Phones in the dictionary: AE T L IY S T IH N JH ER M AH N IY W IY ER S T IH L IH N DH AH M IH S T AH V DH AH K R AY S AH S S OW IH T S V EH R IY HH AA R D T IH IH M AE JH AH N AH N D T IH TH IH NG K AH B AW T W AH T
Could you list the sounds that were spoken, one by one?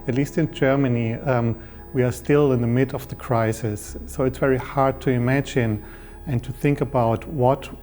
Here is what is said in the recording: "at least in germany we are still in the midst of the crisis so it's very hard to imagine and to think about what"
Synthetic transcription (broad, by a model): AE T L IY S T IH N JH ER M AH N IY W IY ER S T IH L IH N DH AH M IH T AH V DH AH K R AY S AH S S OW IH T S V EH R IY HH AA R D T IH IH M AE JH AH N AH N T IH TH IH NG K AH B AW T W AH T